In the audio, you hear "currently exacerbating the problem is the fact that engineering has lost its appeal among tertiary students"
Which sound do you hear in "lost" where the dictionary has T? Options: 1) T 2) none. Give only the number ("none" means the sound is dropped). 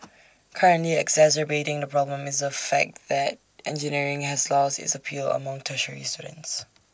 2